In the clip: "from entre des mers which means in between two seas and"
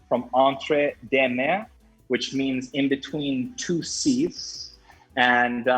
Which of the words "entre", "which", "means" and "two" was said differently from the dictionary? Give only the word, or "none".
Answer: none